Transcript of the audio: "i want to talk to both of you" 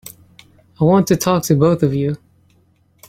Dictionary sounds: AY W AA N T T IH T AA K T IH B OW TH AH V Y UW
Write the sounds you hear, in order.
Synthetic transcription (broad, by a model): AY W AA N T T IH T AA K T IH B OW TH AH V Y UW